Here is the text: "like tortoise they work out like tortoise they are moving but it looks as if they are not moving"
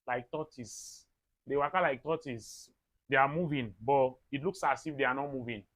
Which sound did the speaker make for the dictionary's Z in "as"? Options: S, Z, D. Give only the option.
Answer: S